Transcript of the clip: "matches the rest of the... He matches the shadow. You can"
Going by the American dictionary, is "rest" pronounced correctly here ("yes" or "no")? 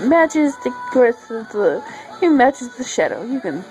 no